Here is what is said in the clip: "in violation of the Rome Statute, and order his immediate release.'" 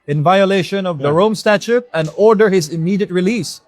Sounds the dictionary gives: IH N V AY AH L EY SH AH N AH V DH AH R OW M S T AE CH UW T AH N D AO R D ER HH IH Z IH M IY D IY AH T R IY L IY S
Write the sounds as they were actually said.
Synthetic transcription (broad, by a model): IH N V AY AH L EY SH AH N AH V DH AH R OW M S T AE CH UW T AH N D AO R D ER HH IH Z IH M IY D IY AH T R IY L IY S